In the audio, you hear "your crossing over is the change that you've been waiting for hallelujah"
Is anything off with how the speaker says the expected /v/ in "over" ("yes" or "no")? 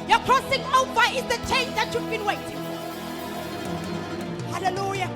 yes